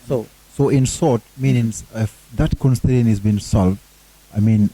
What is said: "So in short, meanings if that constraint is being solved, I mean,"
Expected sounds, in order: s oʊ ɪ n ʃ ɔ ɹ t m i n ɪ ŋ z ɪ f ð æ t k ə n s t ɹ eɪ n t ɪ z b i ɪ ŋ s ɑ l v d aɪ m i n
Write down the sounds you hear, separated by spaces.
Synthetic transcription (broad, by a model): s oʊ ɪ n s ɔ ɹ t m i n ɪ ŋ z ɪ f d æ t k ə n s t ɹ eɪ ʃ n ɪ z b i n s ɑ l v d aɪ m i n